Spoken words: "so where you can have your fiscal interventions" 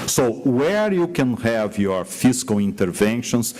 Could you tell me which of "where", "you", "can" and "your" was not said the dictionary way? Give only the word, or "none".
none